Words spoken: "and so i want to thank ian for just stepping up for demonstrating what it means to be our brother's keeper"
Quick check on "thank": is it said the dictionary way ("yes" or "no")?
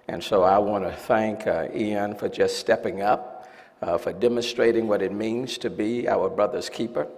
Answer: yes